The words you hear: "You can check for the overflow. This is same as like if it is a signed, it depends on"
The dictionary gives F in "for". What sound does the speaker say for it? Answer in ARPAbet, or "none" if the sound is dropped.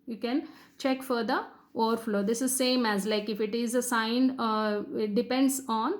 F